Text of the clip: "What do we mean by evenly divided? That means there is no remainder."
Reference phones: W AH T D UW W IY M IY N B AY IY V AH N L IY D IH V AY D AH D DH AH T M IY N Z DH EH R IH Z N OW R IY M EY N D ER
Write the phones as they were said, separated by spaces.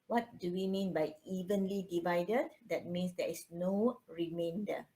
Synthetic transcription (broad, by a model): W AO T D UW W IY M IY N B AY IY V AH N L IY D IH V AY D AH D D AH T M IY N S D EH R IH S N OW R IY M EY N D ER